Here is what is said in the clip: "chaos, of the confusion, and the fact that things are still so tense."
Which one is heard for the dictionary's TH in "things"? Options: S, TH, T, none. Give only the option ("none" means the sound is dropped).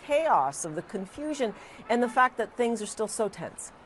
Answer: TH